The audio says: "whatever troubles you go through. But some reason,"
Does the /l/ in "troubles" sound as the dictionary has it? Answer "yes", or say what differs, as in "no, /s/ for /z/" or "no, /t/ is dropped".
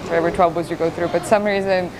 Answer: no, /l/ is dropped